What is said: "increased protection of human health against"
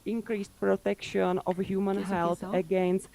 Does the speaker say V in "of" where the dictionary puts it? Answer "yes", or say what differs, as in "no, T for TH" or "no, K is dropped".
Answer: no, F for V